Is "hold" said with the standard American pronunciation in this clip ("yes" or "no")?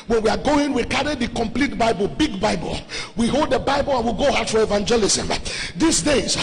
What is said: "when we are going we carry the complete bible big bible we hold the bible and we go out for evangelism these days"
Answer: yes